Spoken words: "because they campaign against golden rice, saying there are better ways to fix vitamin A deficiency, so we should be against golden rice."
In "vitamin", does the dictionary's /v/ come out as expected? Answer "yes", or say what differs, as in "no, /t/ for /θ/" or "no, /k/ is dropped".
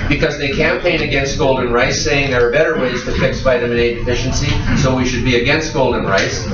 no, /b/ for /v/